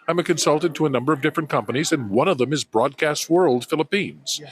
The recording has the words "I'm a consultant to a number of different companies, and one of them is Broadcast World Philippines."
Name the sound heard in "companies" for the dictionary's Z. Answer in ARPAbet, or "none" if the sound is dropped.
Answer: Z